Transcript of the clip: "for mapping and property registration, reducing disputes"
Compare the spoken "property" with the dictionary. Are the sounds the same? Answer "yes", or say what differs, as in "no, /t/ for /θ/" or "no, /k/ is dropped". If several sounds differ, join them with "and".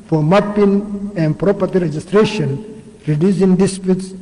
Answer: yes